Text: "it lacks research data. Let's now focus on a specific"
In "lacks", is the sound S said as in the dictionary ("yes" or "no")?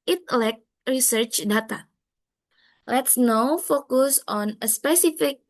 no